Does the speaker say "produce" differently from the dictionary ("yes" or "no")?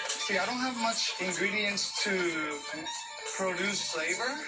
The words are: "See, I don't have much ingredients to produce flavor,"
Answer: no